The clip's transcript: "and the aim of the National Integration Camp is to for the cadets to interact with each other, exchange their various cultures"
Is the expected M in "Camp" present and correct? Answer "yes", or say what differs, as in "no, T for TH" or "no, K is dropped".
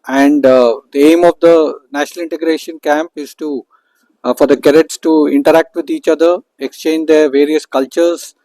yes